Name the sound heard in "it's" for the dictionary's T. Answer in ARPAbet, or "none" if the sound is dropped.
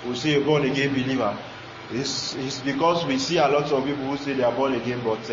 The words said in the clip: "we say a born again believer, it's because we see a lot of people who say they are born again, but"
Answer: S